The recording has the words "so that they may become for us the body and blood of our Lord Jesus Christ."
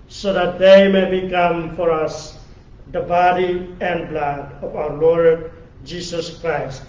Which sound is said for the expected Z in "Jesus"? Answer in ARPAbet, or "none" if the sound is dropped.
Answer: S